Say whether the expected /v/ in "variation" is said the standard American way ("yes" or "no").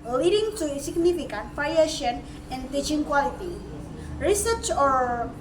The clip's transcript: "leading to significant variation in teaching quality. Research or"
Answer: no